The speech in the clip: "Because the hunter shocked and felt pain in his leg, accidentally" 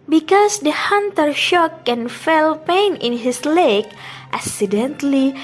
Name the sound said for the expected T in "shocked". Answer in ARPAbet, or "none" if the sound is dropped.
none